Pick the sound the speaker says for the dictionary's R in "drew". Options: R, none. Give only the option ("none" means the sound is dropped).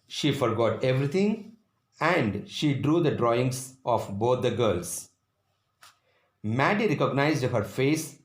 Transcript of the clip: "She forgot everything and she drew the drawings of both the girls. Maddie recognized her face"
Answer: R